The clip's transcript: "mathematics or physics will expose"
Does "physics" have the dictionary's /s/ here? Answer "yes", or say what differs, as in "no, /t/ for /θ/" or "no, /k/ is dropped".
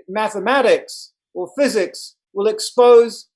yes